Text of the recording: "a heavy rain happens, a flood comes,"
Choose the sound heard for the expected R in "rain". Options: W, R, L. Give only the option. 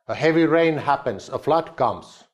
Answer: R